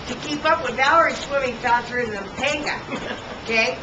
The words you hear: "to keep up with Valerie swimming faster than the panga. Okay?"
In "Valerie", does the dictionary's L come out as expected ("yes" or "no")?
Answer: no